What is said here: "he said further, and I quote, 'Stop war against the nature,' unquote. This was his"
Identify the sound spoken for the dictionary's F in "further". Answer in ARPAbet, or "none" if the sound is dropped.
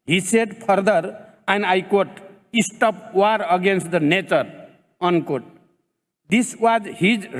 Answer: P